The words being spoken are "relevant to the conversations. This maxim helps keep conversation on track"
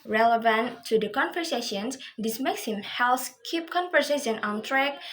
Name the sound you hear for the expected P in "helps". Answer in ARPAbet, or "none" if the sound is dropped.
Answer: none